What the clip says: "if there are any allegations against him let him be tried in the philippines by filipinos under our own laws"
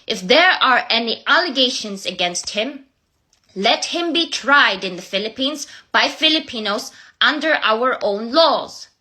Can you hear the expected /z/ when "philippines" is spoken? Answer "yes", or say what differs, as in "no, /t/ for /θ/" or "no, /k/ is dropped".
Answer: yes